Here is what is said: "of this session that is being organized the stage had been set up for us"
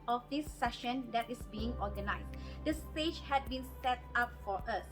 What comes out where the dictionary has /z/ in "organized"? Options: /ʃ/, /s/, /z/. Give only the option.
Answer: /s/